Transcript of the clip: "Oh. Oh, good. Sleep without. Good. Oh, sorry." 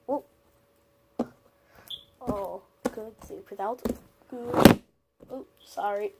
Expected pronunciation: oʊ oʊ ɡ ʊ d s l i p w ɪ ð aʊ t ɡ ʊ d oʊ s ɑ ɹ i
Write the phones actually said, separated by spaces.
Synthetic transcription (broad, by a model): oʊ oʊ ɡ ʊ d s i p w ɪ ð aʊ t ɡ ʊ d oʊ s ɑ ɹ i